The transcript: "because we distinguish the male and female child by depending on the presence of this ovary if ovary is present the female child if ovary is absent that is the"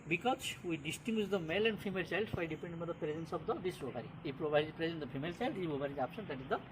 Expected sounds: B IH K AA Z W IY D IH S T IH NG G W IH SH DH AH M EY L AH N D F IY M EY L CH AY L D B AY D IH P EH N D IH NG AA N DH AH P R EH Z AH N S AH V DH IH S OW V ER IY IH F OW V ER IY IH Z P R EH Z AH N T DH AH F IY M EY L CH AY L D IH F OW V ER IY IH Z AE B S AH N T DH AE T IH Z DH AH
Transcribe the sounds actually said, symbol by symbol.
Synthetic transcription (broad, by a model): B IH K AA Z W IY D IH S T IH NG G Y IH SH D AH M EY L AH N D F IY M EY L CH AY L D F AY D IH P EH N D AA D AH P R EH Z AH N S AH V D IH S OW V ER IY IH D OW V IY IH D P R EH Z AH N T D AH F IY M EY L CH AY L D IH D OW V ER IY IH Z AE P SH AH N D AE T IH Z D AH